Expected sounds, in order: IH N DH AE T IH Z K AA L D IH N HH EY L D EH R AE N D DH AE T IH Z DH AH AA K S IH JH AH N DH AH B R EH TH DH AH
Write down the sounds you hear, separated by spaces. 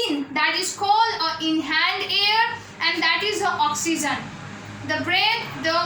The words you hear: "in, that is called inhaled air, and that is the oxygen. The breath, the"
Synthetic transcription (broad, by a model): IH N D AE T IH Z K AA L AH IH N HH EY N D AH R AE N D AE T IH Z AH AA K S IH JH AH N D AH B R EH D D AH